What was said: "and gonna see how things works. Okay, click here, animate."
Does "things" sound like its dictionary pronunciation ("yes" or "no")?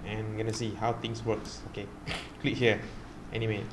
no